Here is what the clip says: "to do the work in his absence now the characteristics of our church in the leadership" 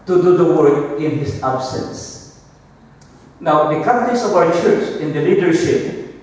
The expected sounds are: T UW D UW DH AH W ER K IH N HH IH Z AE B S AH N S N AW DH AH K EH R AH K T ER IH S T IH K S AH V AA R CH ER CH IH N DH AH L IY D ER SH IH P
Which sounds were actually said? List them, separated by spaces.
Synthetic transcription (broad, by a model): T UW D UW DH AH W ER K IH N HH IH S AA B S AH N S N AW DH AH K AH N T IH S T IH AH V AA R CH ER CH IH N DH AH L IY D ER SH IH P